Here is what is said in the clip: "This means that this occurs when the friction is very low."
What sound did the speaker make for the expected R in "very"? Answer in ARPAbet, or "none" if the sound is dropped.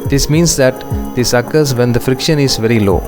R